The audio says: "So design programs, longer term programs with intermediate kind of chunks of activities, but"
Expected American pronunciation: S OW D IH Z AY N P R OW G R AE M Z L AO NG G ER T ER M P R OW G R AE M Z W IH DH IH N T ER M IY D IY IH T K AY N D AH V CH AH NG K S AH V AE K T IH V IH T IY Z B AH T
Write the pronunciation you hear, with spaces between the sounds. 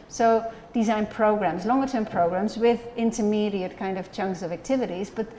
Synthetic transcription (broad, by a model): S OW D IH Z AY N P R OW G R AE M Z L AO NG G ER T ER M P R OW G R AE M Z W IH DH IH N T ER M IY D IY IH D K AY N D AH V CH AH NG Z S AH V AE K T IH V IH T IY Z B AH T